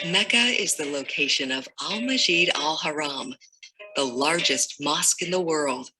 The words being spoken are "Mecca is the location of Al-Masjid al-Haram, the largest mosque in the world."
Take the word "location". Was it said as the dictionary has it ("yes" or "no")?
yes